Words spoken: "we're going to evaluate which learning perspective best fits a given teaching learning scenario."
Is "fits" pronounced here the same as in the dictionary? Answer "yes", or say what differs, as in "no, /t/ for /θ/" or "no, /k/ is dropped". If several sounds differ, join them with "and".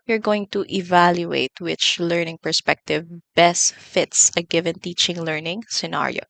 yes